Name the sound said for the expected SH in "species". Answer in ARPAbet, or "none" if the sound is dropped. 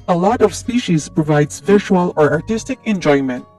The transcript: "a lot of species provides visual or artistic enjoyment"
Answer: SH